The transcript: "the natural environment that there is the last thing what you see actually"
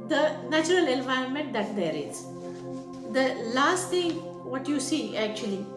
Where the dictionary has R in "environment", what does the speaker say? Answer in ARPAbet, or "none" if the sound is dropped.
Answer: R